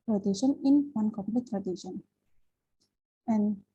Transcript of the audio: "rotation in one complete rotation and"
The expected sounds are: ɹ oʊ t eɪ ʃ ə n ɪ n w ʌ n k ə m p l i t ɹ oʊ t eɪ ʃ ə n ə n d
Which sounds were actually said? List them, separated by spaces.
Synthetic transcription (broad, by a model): ɹ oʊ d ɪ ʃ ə n ɪ n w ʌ n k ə p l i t ɹ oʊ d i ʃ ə n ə n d